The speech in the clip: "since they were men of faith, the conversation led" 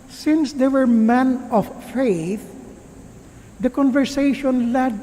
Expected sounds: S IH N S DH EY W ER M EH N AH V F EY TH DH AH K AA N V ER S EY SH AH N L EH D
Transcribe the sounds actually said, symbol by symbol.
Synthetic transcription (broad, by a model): S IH N S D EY W ER M EH N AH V F EY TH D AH K AA N V ER S EY SH AH N L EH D